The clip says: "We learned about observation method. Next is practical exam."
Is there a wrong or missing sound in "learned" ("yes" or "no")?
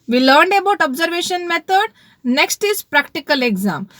no